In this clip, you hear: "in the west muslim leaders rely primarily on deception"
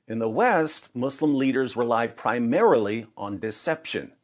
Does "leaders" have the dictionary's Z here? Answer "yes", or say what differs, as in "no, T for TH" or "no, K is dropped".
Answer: yes